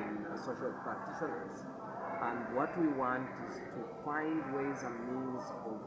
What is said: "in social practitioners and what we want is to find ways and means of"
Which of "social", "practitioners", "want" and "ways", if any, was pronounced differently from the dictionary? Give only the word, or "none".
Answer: none